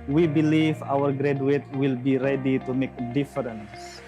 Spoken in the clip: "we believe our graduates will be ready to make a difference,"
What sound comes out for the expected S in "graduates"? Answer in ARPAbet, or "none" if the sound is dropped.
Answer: none